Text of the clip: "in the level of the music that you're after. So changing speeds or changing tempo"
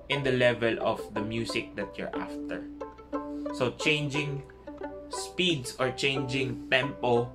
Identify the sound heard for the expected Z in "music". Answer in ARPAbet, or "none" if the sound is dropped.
S